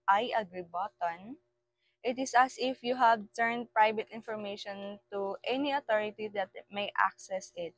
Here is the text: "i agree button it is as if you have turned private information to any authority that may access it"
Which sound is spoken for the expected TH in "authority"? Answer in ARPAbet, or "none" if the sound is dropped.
T